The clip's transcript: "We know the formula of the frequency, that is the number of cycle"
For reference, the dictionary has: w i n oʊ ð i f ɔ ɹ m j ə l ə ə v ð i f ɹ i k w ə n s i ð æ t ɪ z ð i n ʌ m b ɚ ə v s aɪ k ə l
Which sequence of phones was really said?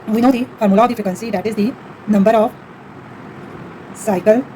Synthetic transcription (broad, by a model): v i n oʊ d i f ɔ ɹ m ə l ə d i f i k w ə n s i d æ t ɪ z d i n ʌ m b ɚ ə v s aɪ k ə l